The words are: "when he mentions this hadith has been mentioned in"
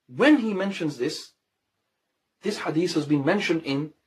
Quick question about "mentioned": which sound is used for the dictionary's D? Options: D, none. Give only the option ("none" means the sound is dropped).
D